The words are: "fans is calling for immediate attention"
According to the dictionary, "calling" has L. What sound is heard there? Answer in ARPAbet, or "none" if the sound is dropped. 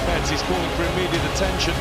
none